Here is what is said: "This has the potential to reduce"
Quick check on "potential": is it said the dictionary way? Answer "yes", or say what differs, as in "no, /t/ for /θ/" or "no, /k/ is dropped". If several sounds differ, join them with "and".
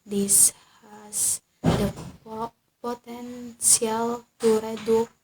no, /s/ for /ʃ/